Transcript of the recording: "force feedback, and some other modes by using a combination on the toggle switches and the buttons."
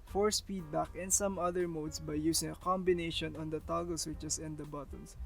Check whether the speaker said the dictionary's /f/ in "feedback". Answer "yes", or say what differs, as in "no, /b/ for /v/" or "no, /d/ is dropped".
no, /p/ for /f/